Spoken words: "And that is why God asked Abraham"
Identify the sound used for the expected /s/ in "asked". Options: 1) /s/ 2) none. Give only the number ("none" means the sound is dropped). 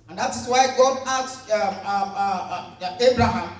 2